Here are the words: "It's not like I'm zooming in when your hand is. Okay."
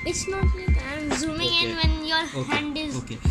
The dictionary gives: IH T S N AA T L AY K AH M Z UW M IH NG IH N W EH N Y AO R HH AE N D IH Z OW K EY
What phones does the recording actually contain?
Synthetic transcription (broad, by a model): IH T S N AA T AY AH M Z UW M IH NG IH N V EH N Y AO R HH AE N D IH Z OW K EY